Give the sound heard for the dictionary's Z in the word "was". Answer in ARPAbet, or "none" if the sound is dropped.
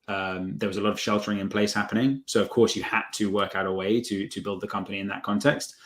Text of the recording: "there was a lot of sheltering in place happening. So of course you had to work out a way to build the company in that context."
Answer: Z